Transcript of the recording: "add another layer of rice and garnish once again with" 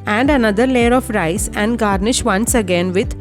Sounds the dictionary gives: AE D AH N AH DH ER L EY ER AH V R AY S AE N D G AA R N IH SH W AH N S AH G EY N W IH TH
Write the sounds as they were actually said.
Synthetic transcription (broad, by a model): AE D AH N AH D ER L EY ER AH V R AY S AE N D G AA R N IH SH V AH N S AH G EY N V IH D